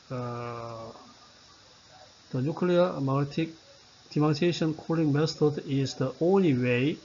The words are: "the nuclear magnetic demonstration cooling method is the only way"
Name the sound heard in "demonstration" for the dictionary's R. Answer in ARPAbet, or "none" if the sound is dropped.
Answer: none